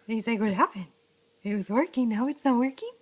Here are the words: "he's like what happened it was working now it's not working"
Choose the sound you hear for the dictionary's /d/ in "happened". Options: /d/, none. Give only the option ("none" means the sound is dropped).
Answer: none